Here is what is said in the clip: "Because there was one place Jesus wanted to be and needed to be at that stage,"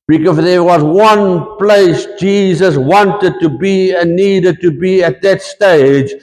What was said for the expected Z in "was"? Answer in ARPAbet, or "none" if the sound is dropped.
Z